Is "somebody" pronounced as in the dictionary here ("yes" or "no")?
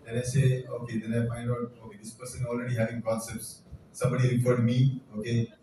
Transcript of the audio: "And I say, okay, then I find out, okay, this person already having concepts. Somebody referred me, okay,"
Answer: yes